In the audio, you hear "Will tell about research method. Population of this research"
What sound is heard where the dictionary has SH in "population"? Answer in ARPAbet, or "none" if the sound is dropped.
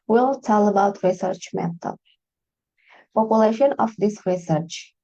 SH